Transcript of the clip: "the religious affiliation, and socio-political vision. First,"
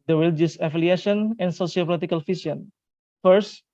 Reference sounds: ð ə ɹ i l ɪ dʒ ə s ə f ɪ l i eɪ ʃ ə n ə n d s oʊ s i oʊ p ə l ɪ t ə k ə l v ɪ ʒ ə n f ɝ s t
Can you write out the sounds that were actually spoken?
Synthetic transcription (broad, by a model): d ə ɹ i l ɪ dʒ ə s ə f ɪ l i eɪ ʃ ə n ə n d s oʊ s i oʊ p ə l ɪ t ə k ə l f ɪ s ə n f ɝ s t